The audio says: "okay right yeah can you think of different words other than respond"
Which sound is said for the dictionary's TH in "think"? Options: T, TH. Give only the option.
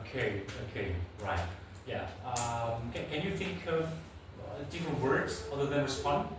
TH